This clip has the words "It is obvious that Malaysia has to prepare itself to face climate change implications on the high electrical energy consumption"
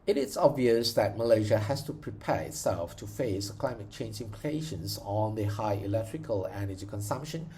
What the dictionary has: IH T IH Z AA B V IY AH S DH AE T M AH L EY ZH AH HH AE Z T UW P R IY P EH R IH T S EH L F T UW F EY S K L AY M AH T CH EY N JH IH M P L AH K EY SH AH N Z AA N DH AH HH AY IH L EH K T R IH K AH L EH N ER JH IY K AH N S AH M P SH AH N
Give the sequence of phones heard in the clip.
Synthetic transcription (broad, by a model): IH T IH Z AA B V IY AH S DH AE T M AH L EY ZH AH HH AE S T UW P R IY P EH R IH T S EH L F T UW F EY S K L AY M AH T CH EY N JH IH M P L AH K EY SH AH N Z AA N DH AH HH AY IH L EH K T R IH K AH L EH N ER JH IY K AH N S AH M P SH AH N